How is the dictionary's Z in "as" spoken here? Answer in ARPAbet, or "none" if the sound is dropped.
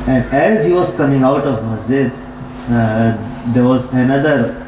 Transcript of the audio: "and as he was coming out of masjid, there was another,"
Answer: Z